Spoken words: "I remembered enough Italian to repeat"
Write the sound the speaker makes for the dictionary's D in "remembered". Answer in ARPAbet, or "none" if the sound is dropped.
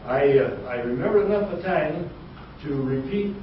none